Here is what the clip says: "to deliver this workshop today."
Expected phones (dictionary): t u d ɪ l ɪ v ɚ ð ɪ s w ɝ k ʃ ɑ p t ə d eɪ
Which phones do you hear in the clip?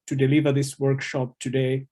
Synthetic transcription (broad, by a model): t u d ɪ l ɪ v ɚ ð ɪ s w ɝ k ʃ ɑ p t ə d eɪ